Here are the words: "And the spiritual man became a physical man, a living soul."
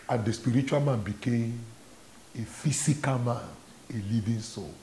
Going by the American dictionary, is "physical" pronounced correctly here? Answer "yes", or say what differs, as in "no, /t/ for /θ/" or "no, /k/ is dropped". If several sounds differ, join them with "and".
no, /s/ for /z/